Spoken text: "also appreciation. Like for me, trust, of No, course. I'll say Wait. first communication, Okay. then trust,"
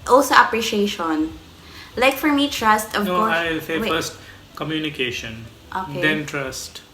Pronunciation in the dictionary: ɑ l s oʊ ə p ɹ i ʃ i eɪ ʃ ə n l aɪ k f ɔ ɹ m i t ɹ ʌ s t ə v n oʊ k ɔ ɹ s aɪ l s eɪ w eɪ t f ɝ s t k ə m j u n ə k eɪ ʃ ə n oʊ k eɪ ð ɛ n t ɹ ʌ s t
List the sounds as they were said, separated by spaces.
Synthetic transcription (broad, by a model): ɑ l s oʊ ə p ɹ i ʃ i eɪ ʃ ə n l aɪ k f ɔ ɹ m i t ɹ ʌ s t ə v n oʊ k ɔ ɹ aɪ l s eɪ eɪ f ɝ s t k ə m j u n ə k eɪ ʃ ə n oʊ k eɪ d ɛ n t ɹ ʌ s t